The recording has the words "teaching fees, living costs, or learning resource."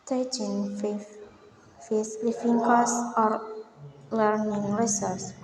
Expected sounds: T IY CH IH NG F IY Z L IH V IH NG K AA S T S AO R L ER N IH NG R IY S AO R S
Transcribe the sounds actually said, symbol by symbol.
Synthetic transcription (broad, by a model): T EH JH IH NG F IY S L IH F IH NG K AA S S AO R L ER N IH NG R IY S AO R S